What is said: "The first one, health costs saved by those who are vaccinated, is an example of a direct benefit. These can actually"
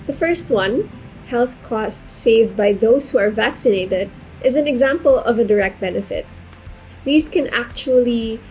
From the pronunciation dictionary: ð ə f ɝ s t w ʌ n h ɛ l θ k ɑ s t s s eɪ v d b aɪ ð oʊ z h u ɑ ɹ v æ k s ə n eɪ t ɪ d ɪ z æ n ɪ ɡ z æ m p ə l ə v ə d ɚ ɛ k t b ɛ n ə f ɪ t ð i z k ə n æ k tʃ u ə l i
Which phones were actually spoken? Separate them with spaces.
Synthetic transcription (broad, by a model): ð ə f ɝ s t w ʌ n h ɛ l θ k ɑ s t s s eɪ v d b aɪ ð oʊ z h u ɑ ɹ v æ k s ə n eɪ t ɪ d ɪ z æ n ɪ ɡ z æ m p ə l ə v ə d ɚ ɛ k t b ɛ n ə f ɪ t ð i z k ə n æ k tʃ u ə l i